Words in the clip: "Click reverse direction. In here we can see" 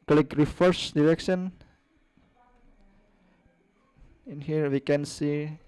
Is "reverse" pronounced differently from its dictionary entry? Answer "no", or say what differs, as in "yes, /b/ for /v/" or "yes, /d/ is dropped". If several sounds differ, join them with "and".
yes, /f/ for /v/